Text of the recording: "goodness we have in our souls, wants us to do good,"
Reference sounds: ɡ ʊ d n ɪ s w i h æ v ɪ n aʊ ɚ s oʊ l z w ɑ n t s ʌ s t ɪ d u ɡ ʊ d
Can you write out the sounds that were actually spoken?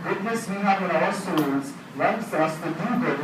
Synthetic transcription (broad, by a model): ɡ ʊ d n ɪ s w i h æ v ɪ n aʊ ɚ s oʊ z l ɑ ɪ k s ʌ s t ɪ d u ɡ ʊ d